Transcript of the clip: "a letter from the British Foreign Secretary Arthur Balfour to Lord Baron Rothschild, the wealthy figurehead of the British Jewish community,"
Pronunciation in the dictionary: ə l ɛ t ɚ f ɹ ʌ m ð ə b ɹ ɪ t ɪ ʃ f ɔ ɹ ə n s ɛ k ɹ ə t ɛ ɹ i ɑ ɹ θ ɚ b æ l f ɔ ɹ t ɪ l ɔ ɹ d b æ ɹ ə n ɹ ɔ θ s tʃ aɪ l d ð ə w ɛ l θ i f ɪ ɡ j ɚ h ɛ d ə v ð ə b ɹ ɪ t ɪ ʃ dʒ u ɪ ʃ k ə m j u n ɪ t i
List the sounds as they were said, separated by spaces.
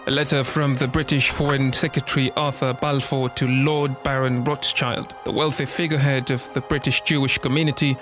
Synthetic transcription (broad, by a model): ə l ɛ t ɚ f ɹ ʌ m ð ə b ɹ ɪ t ɪ ʃ f ɔ ɹ ə n s ɛ k ɹ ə t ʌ ɹ i ɑ ɹ θ ɚ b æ l f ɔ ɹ t ɪ l ɔ ɹ d b æ ɹ ə n ɹ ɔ t s tʃ aɪ l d ð ə w ɛ l θ i f ɪ ɡ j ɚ h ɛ d ə v ð ə b ɹ ɪ t ɪ ʃ dʒ u ɪ ʃ k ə m j u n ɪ t i